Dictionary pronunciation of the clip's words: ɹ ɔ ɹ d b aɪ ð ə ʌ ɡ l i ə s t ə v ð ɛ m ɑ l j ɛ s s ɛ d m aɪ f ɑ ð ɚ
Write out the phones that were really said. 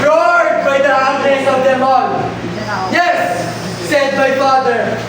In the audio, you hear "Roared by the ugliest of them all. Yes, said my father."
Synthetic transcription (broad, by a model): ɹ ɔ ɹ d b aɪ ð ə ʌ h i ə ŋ ə v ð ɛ m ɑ n j ɛ s s ɛ d m aɪ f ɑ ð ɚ